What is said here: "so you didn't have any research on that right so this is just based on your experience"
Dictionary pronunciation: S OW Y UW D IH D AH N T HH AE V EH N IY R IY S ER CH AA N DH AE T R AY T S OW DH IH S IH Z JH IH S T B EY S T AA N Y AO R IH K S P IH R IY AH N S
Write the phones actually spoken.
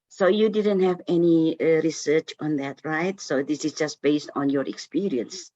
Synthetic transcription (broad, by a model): S OW Y UW D IH D AH N T HH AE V EH N IY R IY S ER CH AA N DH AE T R AY T S OW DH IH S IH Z JH IH S T B EY S T AA N Y AO R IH K S P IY R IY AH N S